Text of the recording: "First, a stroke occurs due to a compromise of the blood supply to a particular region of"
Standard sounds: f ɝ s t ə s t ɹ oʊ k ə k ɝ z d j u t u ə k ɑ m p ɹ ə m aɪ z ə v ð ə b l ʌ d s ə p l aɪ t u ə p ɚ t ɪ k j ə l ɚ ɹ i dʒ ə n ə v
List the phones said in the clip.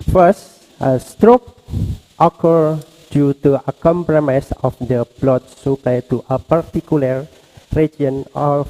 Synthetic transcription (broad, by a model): f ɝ s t ə s t ɹ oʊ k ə k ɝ d j u t u ə k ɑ m p ɹ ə m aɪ s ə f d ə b l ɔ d s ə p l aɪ t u ə p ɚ t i k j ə l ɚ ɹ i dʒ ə n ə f